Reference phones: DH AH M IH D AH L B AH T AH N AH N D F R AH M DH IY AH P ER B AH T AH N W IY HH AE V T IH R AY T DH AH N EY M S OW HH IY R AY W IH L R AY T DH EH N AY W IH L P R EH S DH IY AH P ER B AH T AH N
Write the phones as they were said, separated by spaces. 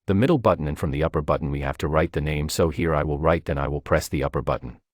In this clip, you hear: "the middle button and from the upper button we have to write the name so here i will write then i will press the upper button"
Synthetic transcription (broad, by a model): DH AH M IH D L B AH T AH N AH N F R AH M DH IY AH P ER B AH T N W IY HH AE F T IH R AY T DH AH N EY M S OW HH IY R AY W IH L R AY T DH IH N AY W IH L P R EH S DH IY AH P ER B AH T N